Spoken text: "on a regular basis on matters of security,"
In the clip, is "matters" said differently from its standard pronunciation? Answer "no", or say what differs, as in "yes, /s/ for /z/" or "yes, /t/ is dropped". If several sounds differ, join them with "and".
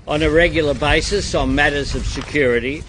no